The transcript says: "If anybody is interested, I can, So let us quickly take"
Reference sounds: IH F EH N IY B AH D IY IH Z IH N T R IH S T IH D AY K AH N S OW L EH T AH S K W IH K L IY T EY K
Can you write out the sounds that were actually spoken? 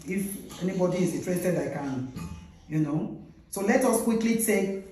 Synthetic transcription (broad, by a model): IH F EH N IY B AH D IY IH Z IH T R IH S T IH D AY K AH N S OW L EH T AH S K W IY K L IY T EY